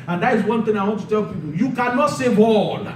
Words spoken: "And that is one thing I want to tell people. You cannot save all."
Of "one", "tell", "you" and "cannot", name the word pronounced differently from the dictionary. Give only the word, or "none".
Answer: none